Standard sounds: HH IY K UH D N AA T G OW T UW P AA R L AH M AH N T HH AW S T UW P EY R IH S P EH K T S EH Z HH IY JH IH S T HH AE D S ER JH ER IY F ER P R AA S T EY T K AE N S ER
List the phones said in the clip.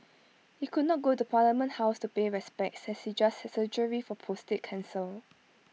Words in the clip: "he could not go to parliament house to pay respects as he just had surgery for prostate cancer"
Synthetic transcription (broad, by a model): HH IY K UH D N AA T G OW T UW P AA L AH M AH N T HH AW S T UW P EY R IH S P EH K T S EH S HH IY JH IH S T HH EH S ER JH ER IY F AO P AA S T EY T K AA N S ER